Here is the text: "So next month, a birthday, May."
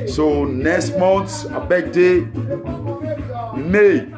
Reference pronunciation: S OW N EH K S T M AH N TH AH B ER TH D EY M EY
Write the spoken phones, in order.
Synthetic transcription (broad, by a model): S OW N EH K S T M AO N S AH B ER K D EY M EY